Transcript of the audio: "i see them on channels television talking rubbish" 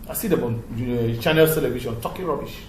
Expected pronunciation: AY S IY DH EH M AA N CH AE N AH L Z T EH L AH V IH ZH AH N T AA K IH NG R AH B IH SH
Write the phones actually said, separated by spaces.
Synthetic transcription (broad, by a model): AY S IY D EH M AA N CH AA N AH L S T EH L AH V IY SH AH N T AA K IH R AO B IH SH